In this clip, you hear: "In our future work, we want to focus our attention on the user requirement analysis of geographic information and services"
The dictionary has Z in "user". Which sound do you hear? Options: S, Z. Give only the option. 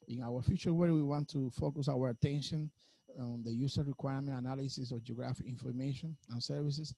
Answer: S